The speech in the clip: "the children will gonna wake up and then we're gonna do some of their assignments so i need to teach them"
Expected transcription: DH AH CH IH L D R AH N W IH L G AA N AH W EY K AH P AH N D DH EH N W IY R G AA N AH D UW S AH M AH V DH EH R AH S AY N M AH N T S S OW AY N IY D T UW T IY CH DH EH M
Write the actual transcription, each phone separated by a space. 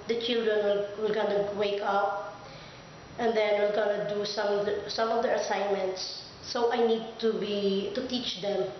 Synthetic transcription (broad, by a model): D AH CH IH L D R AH N W IH L G AA N AH W EY K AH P AH N D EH N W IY L G AA N AH D UW S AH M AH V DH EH R AH S AY N M AH N T S S OW AY N IY D T UW T IY CH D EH M